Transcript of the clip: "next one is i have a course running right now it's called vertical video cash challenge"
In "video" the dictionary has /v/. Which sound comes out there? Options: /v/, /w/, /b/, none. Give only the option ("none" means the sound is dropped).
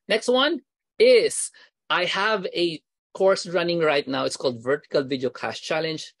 /v/